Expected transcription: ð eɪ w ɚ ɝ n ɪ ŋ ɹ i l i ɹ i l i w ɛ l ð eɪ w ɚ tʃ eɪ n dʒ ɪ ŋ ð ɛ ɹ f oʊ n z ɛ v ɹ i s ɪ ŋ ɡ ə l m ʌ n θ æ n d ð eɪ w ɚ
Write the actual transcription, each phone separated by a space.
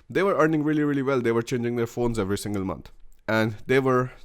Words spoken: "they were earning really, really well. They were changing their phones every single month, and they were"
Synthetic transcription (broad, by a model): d eɪ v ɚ ɝ n ɪ ŋ ɹ i l i ɹ i l i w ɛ l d eɪ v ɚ tʃ eɪ n dʒ ɪ ŋ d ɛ ɹ f oʊ n z ɛ v ɹ i s ɪ ŋ ɡ ə l m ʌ n t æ n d eɪ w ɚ